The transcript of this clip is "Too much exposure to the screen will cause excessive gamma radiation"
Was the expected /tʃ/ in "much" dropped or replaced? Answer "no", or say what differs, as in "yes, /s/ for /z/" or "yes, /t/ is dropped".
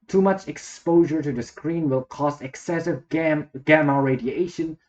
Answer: no